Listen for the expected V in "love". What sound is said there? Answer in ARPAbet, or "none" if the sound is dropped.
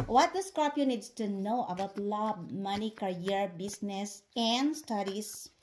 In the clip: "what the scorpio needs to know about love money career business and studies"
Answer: B